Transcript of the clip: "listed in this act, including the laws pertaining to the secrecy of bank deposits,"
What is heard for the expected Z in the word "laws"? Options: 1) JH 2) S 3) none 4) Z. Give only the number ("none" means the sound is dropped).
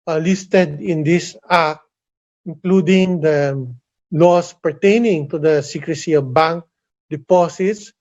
2